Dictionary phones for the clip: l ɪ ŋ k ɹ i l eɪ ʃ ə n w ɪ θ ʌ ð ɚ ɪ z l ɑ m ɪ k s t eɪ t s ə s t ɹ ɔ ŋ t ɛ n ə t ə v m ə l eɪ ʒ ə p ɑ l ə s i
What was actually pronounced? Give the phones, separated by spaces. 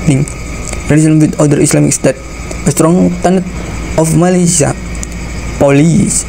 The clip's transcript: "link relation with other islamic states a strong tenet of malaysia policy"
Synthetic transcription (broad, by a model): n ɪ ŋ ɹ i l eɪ s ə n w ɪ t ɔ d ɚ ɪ s l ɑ m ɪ k s t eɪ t ə s t ɹ ɔ ŋ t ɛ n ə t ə f m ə l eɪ s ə p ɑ l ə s